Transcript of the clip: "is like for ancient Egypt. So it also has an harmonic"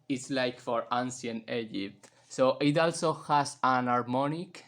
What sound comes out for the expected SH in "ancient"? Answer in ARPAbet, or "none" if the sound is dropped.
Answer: S